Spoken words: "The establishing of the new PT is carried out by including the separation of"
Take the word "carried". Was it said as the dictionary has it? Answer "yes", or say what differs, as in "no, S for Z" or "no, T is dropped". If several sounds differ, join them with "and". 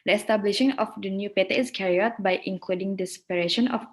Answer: no, D is dropped